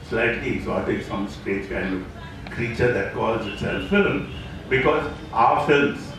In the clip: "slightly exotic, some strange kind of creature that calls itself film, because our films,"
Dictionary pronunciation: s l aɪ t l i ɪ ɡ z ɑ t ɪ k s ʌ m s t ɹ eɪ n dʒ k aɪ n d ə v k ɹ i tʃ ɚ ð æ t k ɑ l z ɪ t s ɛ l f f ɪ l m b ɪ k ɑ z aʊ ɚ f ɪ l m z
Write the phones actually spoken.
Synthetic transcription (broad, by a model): s l aɪ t l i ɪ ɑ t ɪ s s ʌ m s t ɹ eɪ dʒ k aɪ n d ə k ɹ i tʃ ɚ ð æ t k ɑ l z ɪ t s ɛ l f f ɪ l m b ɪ k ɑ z aʊ ɚ f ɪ l m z